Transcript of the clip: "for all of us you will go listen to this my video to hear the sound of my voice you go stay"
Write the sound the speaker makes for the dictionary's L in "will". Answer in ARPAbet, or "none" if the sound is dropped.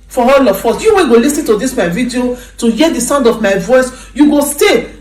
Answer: N